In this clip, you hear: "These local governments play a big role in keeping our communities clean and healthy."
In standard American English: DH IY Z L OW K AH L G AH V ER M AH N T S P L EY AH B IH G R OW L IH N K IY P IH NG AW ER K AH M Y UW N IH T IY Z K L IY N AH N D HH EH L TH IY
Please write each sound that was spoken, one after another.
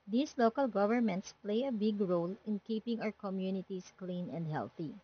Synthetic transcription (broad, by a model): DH IY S L OW K AH L G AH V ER M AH N T S P L EY AH B IH G R OW L IH N K IY P IH NG AW ER K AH M Y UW N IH T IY S K L IY N AH N D HH EH L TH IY